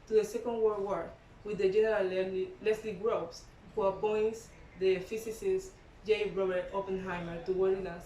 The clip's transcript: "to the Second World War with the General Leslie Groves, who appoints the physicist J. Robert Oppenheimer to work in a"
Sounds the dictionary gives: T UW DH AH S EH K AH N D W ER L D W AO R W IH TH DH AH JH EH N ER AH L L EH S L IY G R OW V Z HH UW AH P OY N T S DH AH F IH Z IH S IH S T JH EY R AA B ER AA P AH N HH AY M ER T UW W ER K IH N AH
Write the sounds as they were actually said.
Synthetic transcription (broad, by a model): T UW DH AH S EH K AH N D W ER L W AO R W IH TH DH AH JH EH N ER AH L L EH S L IY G R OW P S HH UW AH P OY N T S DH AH F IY S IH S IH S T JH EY R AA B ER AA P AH N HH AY M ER T UW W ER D IH N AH